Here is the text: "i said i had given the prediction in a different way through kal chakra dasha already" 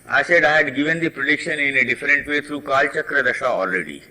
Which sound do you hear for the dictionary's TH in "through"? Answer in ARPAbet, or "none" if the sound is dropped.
T